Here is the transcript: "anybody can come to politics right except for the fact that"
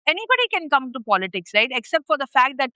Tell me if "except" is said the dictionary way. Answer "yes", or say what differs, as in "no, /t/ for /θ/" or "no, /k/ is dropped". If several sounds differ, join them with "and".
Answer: yes